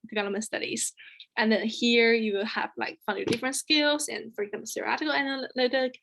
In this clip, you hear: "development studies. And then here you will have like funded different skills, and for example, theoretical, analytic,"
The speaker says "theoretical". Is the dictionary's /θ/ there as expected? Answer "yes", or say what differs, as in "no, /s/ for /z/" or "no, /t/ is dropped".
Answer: no, /s/ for /θ/